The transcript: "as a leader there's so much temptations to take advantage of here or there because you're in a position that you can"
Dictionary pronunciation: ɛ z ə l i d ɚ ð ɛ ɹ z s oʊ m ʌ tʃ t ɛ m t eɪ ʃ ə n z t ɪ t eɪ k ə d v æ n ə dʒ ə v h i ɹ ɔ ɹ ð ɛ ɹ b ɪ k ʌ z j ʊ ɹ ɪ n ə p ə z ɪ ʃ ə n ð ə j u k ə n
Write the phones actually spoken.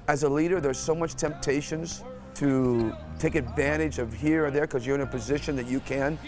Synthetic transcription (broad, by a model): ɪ z ə l i d ɚ ð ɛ ɹ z s oʊ m ʌ tʃ t ɛ m t eɪ ʃ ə n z t ɪ t eɪ k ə d v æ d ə dʒ ə v h i ɹ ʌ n ð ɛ ɹ k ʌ z j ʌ ɹ ɪ n ə p ə z ɪ ʃ ə n ð ə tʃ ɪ k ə n